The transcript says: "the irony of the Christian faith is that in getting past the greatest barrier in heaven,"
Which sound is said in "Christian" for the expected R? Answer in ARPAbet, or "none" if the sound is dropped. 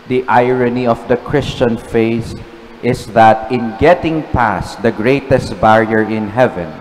R